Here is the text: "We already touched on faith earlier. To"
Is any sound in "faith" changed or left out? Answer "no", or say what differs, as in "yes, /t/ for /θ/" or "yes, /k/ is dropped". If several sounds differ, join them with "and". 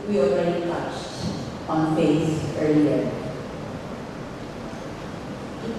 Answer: yes, /s/ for /θ/